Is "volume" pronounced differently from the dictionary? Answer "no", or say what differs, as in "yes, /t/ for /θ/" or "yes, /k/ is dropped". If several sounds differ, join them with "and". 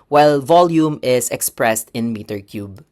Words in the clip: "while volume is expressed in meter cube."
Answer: no